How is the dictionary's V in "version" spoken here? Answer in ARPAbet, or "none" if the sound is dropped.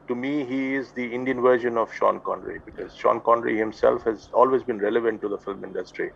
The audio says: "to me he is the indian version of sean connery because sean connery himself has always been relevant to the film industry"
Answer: V